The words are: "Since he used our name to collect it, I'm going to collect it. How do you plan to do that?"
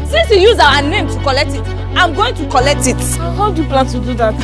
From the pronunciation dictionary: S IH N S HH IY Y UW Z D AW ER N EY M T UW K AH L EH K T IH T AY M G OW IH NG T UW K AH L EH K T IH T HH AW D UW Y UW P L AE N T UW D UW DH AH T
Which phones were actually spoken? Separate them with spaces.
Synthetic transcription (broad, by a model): S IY N S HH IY Y UW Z AW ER N EY M T UW K AH L EH K T IH T AY M G OW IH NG T UW K AH L EH K T IH T HH AW D UW Y UW P L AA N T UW D UW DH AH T